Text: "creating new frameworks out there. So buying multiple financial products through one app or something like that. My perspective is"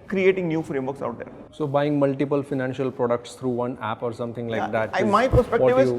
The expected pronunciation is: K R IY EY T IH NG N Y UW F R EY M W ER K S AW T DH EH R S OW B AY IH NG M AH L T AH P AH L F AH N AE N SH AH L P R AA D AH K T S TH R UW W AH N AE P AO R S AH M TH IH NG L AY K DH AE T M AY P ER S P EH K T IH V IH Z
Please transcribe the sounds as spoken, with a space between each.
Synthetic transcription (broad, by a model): K R IY EY T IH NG N Y UW F R EY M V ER K S AW T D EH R S OW B AY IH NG M AH L T AH P AH L F AH N AE N SH AH L P R AA D AH K T S T R UW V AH N AE P AO R S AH M T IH NG L AY K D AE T M AY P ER S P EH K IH IH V